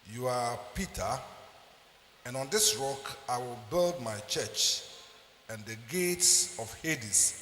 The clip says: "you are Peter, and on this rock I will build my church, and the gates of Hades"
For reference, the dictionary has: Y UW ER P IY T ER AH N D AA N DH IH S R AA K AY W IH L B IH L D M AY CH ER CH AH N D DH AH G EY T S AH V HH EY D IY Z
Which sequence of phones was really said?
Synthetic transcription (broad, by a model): Y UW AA P IY T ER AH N AA N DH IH S R AA K AY W IH L B IH L D M AY CH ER CH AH N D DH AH G EY T S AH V HH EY D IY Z